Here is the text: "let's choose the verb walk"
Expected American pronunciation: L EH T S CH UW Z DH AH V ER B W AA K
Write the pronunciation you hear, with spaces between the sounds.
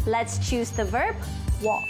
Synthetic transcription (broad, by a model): L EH T S CH UW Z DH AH V ER B W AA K